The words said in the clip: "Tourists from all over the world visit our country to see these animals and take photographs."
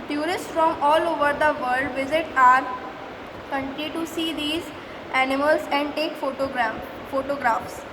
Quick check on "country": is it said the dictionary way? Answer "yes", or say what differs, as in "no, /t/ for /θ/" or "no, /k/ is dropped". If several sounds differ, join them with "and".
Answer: no, /ɹ/ is dropped